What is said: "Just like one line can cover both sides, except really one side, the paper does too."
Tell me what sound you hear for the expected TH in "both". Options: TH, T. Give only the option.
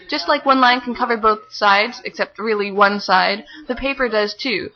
TH